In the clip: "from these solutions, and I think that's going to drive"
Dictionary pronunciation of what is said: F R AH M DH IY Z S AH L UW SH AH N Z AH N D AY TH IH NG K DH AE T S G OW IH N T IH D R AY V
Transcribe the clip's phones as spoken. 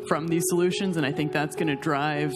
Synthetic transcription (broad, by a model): F R AH M DH IY Z S AH L UW SH AH N Z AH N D AY TH IH NG K DH AE T S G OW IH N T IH D R AY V